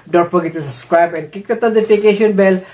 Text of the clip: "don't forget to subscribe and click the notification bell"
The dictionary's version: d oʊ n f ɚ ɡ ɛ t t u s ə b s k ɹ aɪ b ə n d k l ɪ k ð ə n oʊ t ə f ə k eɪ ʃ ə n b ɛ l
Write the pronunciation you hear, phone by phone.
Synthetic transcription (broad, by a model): d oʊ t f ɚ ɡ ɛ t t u s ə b s k ɹ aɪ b ə n d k ɪ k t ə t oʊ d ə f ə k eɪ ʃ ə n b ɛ l